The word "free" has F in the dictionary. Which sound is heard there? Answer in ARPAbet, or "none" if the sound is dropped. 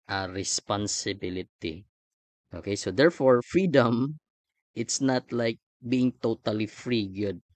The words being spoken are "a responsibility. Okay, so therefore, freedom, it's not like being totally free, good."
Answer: F